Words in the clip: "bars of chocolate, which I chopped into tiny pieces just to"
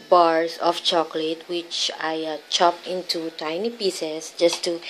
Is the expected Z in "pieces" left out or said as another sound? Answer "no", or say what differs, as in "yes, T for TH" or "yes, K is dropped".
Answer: yes, S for Z